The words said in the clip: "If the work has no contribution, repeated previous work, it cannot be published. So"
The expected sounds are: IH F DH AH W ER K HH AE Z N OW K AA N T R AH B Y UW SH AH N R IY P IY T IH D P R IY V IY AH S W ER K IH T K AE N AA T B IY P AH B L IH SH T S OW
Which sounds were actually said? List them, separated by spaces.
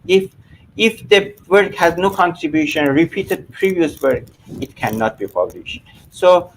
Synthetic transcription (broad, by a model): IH F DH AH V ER K HH AE Z N OW K AA N T R AH B Y UW SH AH N R IY P IY T IH D P R IY V IY AH S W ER K IH T K AE N AA T B IY P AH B L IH SH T S OW